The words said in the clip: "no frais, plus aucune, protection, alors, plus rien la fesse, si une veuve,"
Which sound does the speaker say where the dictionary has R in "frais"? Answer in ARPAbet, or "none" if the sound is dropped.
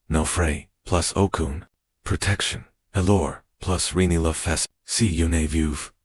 R